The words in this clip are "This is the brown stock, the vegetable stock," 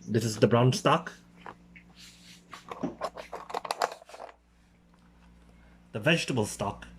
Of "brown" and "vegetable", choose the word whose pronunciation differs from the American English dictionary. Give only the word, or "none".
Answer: none